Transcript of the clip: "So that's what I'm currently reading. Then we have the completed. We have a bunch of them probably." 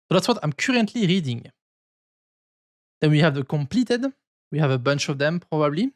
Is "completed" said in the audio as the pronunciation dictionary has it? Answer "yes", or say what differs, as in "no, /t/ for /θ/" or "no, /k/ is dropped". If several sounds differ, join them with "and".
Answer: yes